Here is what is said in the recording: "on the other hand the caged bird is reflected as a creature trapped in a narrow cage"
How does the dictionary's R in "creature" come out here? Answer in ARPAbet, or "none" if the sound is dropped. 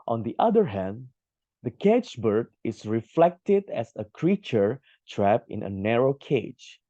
R